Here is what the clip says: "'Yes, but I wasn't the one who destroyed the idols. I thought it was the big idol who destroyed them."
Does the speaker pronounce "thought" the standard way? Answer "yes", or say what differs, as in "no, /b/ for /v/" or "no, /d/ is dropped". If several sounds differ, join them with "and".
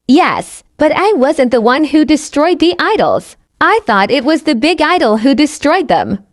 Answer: yes